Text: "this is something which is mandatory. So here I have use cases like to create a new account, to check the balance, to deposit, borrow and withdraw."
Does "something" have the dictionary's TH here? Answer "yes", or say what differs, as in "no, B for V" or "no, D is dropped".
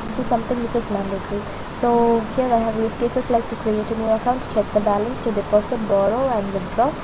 no, T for TH